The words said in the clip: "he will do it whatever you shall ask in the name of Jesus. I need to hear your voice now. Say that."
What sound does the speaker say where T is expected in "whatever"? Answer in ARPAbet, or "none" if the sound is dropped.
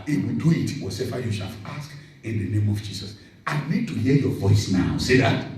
S